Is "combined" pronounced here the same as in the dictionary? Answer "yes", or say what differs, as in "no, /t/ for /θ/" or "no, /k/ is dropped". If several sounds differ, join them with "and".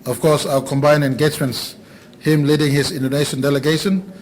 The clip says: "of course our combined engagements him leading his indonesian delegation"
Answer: no, /d/ is dropped